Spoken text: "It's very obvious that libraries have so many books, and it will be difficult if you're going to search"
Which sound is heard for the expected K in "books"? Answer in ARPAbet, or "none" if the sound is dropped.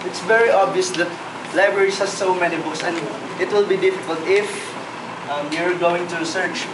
none